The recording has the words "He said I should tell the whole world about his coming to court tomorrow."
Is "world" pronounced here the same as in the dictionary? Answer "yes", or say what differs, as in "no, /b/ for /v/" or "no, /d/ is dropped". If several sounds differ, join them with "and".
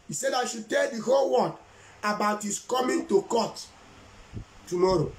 no, /l/ is dropped